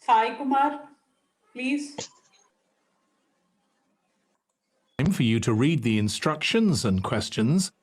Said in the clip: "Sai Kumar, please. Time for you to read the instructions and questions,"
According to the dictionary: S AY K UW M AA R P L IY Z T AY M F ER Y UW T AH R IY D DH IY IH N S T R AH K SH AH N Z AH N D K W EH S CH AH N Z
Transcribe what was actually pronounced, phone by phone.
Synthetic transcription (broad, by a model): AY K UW M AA R P L IY Z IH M F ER Y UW T AH R IY D DH IY IH N S T R AH K SH AH N Z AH N K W EH S CH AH N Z